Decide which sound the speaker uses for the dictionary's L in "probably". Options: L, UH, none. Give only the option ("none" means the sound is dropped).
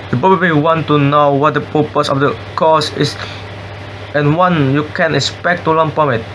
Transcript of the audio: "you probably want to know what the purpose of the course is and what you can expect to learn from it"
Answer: none